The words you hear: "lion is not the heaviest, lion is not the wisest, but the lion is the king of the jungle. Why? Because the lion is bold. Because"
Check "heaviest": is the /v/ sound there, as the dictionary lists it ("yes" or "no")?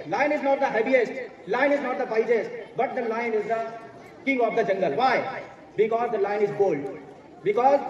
no